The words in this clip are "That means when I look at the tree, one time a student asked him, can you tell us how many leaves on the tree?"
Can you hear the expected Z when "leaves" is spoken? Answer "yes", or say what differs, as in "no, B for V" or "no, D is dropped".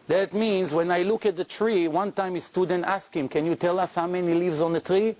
yes